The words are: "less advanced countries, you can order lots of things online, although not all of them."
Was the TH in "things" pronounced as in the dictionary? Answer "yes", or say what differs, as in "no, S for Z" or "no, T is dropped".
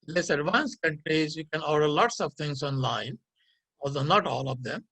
no, T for TH